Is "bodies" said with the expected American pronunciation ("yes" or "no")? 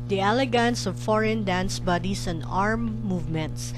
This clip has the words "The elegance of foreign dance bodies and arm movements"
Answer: no